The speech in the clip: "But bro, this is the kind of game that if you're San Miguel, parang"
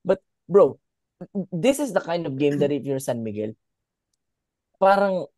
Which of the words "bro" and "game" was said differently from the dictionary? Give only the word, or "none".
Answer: none